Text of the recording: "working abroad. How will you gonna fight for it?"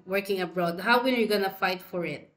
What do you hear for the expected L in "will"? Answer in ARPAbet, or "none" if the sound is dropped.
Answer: N